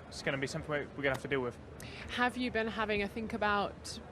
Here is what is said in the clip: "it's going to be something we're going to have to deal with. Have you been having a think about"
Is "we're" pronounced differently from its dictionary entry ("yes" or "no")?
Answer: yes